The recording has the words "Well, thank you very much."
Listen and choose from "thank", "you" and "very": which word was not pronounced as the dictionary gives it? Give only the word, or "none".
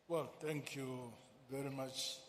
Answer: thank